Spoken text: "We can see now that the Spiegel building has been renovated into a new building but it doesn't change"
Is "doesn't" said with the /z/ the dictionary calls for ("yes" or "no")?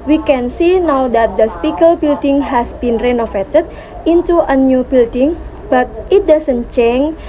no